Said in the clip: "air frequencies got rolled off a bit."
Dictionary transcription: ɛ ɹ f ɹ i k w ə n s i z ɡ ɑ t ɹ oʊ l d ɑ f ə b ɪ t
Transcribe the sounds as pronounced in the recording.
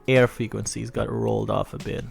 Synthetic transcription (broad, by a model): ɛ ɹ f ɹ i k w ə n s i z ɡ ɑ t ɹ oʊ l d ɑ f ə b ɪ t